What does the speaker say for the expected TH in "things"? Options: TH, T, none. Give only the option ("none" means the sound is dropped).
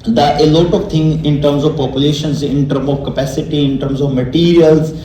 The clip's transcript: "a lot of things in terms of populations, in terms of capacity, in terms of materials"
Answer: T